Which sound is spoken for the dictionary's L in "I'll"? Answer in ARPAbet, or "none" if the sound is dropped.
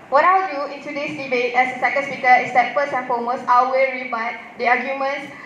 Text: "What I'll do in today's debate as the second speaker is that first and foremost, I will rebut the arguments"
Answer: W